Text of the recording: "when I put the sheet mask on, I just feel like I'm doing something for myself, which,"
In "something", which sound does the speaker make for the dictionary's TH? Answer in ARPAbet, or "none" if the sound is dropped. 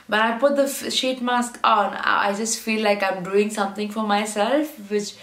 T